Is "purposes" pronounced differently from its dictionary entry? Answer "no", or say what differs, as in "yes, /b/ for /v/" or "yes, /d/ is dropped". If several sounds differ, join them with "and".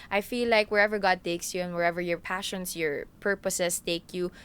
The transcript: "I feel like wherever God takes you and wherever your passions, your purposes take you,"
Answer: yes, /s/ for /z/